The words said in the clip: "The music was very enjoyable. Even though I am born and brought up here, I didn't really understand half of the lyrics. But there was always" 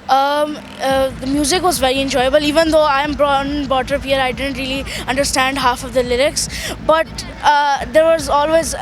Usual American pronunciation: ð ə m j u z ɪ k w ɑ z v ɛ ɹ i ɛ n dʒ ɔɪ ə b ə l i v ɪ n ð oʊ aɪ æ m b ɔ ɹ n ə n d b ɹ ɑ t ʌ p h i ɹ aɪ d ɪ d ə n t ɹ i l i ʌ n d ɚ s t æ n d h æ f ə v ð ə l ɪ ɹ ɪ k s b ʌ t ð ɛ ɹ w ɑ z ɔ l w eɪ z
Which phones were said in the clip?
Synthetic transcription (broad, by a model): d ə m j u z ɪ k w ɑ z v ɛ ɹ i ɛ n dʒ ɔɪ ə b ə l i v ɪ n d oʊ aɪ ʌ m b ɹ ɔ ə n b ɑ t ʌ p h i ɹ aɪ d ɪ d ə n t ɹ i l i ʌ n d ɚ s t æ n d h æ f ə v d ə l ɪ ɹ ɪ k s b ʌ t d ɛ ɹ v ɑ z ɔ l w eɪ z